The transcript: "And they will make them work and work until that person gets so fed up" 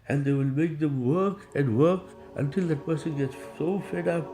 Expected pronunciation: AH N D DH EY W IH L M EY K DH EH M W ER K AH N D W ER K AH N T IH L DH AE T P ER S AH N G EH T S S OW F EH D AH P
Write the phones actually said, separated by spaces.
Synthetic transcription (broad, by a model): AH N D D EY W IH L M EY K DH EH M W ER K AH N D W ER K AH N T IH L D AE T P ER S AH N G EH T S S OW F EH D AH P